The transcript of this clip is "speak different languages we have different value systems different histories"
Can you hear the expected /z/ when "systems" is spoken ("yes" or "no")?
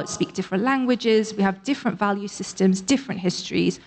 yes